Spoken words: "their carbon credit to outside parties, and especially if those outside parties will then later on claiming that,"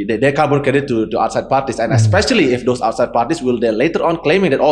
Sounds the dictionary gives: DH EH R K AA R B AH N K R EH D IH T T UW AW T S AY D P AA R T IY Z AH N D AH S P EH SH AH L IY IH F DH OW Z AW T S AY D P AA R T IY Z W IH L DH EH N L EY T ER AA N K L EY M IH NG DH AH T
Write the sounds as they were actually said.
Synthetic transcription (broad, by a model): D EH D K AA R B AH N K EH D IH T T UW AW T S AY D P AA R T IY S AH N AH S P EH SH AH L IY IH F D OW S AW T S AY D P AA R T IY S W IH L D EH L EY T ER AA N K L EY M IH NG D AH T